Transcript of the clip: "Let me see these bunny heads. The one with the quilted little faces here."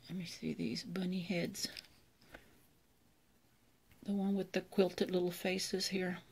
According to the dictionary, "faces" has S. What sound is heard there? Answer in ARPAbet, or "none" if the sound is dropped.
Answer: S